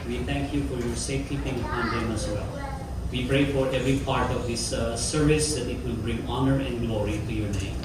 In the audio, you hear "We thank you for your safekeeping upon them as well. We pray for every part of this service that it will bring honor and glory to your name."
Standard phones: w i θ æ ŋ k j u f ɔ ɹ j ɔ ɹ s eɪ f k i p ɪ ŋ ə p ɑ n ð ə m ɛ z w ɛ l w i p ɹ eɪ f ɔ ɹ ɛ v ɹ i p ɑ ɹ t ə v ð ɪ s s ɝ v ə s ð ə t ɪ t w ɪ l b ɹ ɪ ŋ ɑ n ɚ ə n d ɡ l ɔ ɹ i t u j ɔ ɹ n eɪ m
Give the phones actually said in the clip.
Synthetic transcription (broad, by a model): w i t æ ŋ k j u f ɔ ɹ j ɔ ɹ s eɪ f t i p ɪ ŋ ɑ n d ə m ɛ s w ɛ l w i p ɹ eɪ f ɔ ɹ ɛ v ɹ i p ɑ ɹ t ə v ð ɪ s s ɝ v ə s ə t ɪ t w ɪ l b ɹ ɪ ŋ ɑ n ɚ ə n d ɡ l ɔ ɹ i t u j ɔ ɹ n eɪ m